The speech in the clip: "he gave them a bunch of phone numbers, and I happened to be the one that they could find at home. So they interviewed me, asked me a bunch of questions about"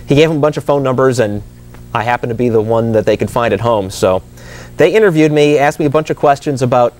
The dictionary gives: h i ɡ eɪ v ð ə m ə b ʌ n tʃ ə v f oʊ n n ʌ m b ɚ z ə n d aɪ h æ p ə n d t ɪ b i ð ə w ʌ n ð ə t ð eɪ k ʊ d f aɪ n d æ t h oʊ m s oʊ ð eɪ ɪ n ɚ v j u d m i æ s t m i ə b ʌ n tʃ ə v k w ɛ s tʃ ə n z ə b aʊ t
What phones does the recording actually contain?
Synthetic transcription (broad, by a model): h i ɡ eɪ v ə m ə b ʌ n tʃ ə v f oʊ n n ʌ m b ɚ z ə n aɪ h æ p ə n t ɪ b i ð ə w ʌ n ð ə t ð eɪ k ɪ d f aɪ n d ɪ t h oʊ m s oʊ ð eɪ ɪ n ɚ v j u d m i æ s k m i ə b ʌ n tʃ ə v k w ɛ s tʃ ə n z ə b aʊ t